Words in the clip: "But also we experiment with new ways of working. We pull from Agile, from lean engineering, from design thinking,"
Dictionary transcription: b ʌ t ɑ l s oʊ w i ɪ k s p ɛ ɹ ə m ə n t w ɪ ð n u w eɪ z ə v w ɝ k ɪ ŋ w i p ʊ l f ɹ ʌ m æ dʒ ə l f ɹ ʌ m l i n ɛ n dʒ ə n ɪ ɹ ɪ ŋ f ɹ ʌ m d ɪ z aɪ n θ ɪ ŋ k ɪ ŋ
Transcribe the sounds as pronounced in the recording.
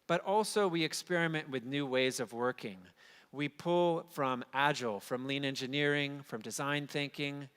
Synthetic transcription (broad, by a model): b ʌ t ɑ l s oʊ w i ɪ k s p ɛ ɹ ə m ə n t w ɪ ð n u w eɪ z ə v w ɝ k ɪ ŋ w i p ʊ l f ɹ ʌ m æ dʒ l f ɹ ʌ m l i n ɛ n dʒ ə n ɪ ɹ ɪ ŋ f ɹ ʌ m d ɪ z aɪ n θ ɪ ŋ k ɪ ŋ